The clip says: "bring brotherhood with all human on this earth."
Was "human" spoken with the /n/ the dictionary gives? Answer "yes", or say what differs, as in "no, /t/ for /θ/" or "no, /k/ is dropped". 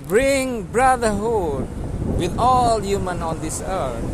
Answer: yes